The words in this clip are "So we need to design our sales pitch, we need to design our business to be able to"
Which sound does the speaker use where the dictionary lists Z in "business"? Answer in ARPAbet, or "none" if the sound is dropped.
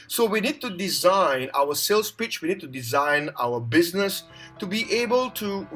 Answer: Z